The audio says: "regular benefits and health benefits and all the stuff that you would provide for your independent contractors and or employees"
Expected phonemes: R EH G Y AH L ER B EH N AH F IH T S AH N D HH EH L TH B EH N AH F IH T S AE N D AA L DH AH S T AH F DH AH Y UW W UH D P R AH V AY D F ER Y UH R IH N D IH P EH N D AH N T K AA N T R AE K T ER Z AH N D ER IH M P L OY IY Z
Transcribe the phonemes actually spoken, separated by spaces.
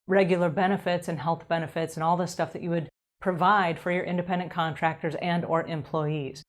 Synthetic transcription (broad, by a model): R EH G Y L ER B EH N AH F IH T S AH N HH EH L TH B EH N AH F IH T S N AA L DH AH S T AH F DH AH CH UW W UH D P R AH V AY D F ER Y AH R IH N D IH P EH N D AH N K AA N T R AE K T ER Z AH N D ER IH M P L OY IY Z